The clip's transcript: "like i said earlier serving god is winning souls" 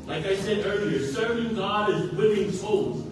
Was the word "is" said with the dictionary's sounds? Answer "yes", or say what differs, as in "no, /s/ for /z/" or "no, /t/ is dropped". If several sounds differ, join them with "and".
yes